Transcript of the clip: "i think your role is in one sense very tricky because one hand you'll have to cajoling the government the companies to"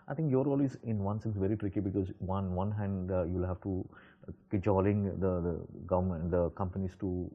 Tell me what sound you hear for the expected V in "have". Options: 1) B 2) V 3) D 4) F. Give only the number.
4